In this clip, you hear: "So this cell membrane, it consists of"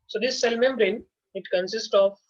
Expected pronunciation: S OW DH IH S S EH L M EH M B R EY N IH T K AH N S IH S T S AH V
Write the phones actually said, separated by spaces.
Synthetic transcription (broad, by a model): S OW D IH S S EH L M EH M B R EY N IH T K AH N S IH S T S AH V